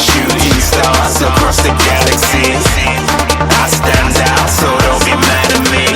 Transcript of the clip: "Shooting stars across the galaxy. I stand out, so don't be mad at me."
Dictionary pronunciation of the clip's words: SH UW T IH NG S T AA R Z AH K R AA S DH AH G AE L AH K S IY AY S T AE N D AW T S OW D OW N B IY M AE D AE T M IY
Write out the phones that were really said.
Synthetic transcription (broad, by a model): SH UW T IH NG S S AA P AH R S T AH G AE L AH K S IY AY S T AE N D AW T S OW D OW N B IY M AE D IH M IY